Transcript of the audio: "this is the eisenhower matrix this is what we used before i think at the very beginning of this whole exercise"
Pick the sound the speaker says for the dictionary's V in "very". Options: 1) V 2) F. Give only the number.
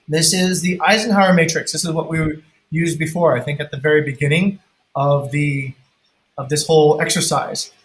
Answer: 1